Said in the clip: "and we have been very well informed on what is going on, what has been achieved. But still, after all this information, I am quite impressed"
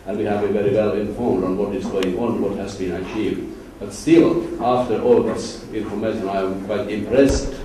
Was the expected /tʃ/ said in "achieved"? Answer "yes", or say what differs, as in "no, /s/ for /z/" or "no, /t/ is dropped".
yes